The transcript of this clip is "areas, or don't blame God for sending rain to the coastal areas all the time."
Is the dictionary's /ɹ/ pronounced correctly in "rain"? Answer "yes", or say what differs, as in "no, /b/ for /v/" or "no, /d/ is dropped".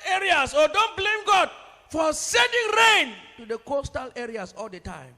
yes